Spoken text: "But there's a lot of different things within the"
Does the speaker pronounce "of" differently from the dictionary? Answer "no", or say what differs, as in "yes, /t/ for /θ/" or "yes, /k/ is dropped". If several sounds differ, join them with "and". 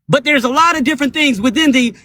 no